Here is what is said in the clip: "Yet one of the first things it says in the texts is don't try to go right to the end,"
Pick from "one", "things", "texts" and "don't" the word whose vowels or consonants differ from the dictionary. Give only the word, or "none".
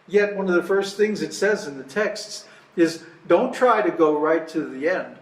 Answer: none